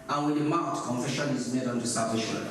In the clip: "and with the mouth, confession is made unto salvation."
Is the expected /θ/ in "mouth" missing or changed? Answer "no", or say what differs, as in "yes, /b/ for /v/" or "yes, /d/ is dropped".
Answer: yes, /t/ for /θ/